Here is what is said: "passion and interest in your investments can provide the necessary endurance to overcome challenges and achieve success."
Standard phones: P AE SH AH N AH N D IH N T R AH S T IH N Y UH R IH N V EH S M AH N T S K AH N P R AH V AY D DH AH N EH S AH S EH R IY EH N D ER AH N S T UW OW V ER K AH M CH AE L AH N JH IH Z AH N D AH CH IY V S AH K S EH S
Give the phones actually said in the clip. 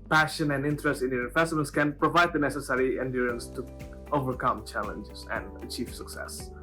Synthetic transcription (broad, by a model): P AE SH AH N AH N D IH N T R AH S T IH N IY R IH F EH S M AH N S K AH N P R AH V AY D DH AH N EH S AH S EH R IY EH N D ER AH N S T UW OW V ER K AH M CH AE L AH N JH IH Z AH N D AH CH IY V S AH K S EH S